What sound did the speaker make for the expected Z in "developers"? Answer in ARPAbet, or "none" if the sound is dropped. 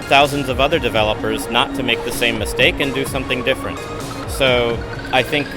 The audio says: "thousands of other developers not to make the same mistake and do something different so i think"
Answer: Z